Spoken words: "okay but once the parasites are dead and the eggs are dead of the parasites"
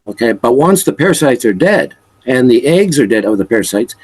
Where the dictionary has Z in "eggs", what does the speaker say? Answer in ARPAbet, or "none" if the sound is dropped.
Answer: Z